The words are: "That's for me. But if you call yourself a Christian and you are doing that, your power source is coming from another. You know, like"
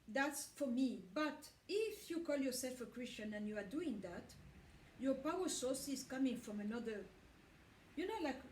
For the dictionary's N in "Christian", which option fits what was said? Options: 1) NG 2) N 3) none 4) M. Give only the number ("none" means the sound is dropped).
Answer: 2